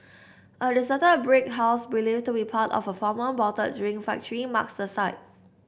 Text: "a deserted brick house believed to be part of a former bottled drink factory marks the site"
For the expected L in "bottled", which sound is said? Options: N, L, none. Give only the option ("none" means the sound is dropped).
none